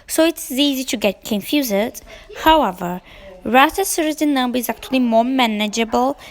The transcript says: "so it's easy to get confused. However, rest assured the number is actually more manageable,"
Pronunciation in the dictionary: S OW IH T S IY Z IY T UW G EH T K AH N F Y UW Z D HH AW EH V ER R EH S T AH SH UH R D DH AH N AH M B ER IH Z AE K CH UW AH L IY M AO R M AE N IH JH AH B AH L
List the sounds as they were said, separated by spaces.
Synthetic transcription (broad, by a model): S OW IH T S IY Z IY T UW G EH T K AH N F Y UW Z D HH AW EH V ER R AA T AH S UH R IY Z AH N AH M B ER IH Z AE K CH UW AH L IY M AO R M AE N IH JH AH B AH L